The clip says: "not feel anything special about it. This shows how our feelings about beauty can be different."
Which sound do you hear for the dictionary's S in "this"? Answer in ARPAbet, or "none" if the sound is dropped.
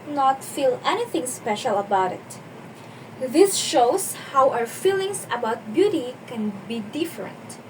S